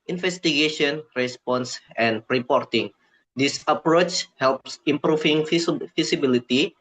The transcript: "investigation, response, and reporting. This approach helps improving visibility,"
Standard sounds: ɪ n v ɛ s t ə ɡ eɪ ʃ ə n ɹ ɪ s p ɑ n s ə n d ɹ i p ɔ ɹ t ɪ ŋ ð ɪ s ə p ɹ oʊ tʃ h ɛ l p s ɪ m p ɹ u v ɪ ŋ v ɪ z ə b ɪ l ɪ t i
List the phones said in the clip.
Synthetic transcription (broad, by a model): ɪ n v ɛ s t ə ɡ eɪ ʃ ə n ɹ ɪ s p ɑ n s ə n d ɹ i p ɔ ɹ t ɪ ŋ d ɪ s ə p ɹ oʊ tʃ h ɛ l p s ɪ m p ɹ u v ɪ ŋ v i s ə b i l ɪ t i